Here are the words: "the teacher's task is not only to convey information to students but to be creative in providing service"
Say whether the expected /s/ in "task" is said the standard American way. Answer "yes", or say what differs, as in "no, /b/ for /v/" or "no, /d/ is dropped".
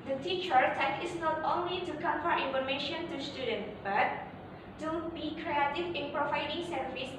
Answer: no, /s/ is dropped